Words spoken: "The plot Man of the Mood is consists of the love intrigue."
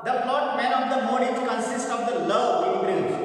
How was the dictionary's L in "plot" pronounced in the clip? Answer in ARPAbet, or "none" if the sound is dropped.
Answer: none